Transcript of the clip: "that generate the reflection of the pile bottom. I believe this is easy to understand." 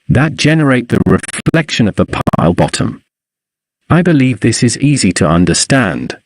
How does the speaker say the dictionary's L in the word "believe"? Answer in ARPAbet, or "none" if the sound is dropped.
L